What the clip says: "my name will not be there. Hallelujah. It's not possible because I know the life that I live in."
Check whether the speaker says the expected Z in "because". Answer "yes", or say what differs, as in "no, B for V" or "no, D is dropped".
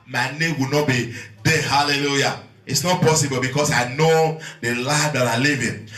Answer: no, S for Z